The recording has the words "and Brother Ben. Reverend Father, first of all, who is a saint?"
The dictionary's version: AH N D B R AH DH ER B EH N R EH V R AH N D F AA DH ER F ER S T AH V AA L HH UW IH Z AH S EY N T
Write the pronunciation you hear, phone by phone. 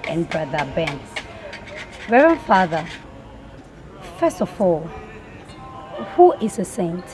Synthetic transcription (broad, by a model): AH N B R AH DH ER B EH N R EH R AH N F AA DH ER F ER S T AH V AA L HH UW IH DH AH S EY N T